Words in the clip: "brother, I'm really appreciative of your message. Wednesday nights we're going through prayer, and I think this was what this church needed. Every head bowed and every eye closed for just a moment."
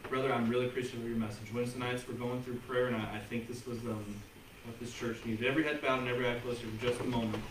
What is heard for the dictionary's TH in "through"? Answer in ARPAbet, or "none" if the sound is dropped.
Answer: TH